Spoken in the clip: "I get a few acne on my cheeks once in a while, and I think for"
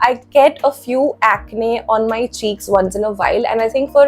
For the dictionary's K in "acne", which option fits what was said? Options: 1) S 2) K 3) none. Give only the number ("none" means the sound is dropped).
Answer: 2